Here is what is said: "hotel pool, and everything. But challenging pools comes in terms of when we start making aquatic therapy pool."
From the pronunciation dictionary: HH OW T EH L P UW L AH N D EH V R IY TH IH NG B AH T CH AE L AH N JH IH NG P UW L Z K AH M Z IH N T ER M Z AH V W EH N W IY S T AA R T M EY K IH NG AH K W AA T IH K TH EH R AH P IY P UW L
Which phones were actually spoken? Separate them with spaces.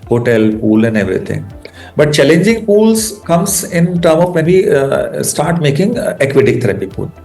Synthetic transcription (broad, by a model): HH OW T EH L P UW L AH N D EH V R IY T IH NG B AH T CH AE L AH N JH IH NG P UW L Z K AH M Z IH N T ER M AH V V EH N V IY S T AA R T M EY K IH NG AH K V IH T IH K T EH R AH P IY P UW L